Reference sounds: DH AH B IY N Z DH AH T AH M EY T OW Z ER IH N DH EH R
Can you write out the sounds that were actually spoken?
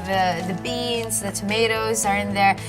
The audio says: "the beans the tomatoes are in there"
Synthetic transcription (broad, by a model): DH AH B IY N Z DH AH T AH M EY T OW Z ER IH N DH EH R